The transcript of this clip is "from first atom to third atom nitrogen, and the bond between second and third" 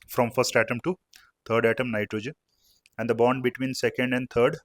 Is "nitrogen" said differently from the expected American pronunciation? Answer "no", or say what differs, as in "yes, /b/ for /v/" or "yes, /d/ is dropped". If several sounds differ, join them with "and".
no